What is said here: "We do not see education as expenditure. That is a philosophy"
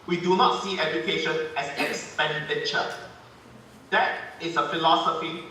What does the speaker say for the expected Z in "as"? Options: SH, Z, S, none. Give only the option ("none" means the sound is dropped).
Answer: S